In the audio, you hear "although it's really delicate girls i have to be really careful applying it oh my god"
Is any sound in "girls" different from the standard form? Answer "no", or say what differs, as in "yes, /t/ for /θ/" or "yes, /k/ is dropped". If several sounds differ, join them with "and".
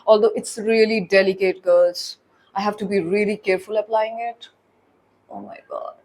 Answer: yes, /l/ is dropped